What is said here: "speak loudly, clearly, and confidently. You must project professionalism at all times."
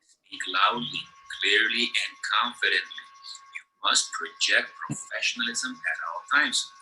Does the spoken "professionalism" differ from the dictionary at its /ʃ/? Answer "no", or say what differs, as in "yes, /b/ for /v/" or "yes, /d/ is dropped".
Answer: no